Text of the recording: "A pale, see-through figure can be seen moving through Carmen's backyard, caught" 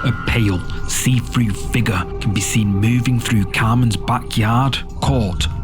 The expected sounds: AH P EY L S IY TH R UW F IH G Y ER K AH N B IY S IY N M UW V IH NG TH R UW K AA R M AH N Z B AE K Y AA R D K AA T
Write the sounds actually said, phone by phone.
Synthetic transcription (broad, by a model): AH P EY L S IY F R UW F IH G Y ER K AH N B IY S IY N M UW V IH NG TH R UW K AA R M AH N Z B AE K Y AA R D K AA T